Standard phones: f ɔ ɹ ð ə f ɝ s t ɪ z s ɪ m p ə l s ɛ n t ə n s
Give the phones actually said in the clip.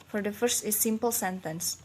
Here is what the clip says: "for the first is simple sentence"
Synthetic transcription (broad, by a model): f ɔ ɹ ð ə f ɝ s t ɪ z s ɪ m p ə l s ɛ n t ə n s